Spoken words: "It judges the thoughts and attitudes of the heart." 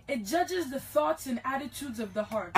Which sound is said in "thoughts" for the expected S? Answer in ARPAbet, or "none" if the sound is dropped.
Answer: S